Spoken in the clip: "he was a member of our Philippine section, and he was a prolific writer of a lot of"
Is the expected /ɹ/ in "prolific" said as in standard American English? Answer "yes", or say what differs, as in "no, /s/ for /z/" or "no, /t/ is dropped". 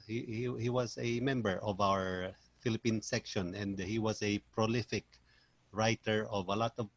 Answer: yes